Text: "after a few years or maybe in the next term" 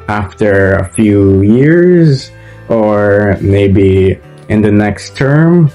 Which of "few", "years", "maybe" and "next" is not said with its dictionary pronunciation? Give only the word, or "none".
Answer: none